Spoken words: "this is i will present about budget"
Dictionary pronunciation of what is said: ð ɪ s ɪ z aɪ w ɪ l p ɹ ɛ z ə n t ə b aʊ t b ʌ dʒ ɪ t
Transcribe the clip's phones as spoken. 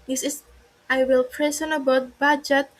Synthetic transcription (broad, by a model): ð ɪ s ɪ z aɪ w ɪ l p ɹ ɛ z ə n ə b aʊ t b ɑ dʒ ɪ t